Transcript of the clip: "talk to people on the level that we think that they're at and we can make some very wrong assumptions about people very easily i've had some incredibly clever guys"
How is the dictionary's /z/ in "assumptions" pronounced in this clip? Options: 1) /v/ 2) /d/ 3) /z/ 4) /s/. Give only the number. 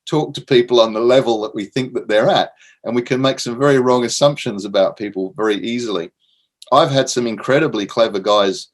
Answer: 3